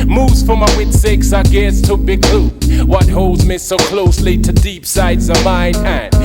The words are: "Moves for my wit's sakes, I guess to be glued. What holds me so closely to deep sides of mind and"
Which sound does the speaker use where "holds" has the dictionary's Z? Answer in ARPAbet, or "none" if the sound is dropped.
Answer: Z